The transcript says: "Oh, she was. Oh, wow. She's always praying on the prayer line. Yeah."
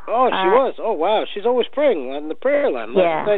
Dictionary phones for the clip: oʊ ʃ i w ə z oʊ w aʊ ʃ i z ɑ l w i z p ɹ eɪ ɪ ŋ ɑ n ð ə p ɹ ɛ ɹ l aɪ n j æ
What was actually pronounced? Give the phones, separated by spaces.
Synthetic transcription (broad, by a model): oʊ ʃ i w ə z oʊ w aʊ ʃ i z ɑ l w i z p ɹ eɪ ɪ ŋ ɑ n ð ə p ɹ ɛ ɹ l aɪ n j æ